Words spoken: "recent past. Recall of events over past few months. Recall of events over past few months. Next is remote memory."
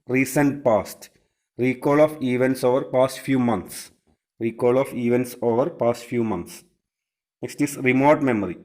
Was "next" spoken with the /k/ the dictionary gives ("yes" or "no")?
no